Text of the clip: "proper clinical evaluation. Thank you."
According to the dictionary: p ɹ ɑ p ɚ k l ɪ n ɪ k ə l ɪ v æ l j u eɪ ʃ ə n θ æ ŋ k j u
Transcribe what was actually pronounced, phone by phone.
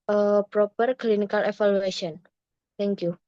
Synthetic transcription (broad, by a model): p ɹ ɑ p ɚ k l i n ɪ k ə l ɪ f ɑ l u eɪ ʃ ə n t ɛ ŋ k j u